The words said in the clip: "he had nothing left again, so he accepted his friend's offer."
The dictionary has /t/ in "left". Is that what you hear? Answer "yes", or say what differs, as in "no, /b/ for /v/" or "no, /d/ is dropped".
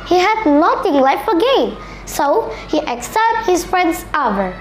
no, /t/ is dropped